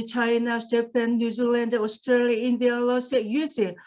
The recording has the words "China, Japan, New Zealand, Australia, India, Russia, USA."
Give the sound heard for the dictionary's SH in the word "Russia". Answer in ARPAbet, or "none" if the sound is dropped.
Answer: S